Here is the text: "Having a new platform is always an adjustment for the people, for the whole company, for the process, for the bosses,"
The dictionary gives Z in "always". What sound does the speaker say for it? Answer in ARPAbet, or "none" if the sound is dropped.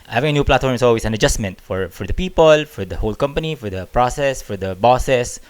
S